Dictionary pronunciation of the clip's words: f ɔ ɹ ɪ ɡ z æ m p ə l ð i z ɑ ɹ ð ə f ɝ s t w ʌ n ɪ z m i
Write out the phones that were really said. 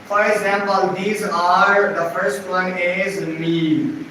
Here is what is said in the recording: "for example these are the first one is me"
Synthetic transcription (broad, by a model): f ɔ ɹ ɪ ɡ z æ m p ə l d i z ɑ ɹ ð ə f ɝ s t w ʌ n ɪ z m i